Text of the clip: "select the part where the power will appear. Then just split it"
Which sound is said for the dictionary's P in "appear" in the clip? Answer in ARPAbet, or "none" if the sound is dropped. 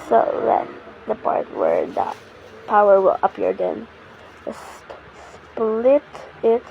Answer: P